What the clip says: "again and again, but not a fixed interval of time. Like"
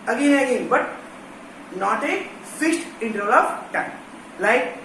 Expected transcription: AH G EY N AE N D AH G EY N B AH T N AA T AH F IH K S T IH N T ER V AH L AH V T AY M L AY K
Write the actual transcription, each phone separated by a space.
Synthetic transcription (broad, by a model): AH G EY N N AH G EY N B AH T N AA T AH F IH S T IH N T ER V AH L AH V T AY L AY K